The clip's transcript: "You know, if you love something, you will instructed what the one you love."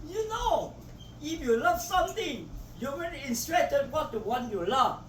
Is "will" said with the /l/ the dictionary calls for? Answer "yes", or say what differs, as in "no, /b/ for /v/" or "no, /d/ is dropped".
no, /n/ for /l/